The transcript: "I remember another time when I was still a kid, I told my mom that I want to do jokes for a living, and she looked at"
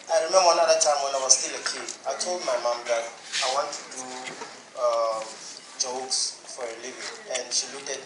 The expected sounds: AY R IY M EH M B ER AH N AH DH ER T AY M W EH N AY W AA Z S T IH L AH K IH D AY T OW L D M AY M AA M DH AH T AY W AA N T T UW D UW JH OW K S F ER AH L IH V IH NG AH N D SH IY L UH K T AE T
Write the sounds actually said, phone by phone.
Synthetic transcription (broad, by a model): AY R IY M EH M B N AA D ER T AY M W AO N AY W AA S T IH L AH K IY AY T OW L D M AY M AA M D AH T AY W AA N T T UW D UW JH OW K S F AH L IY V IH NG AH N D SH IY L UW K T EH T